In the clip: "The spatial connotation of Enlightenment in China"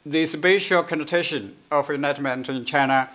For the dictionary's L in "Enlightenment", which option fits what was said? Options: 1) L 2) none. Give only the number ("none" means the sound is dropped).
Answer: 2